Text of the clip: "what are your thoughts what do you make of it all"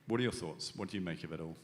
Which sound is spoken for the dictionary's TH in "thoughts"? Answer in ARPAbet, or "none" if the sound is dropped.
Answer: TH